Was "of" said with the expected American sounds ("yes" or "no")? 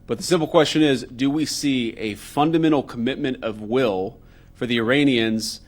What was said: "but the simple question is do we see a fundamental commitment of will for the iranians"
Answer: yes